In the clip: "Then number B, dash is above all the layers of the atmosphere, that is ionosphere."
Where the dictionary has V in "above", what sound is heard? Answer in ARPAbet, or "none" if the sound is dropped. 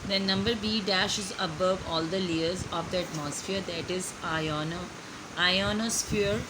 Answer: V